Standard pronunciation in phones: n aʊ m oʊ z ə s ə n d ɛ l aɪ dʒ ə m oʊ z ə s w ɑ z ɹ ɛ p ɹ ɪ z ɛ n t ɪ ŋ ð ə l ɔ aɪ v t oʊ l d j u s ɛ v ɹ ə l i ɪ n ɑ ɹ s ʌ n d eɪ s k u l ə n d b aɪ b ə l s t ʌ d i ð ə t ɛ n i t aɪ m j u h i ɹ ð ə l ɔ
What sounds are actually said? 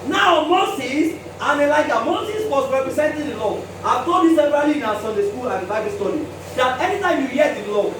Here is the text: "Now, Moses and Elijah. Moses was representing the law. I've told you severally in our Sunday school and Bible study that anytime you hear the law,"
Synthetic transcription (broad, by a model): n aʊ m oʊ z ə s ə n ɛ l aɪ dʒ ə m oʊ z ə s w ɑ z ɹ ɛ p ɹ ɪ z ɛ n t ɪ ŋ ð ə l ɔ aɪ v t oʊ d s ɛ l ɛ b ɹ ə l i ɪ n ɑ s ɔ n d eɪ s k u l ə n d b aɪ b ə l s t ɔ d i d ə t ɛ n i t aɪ m j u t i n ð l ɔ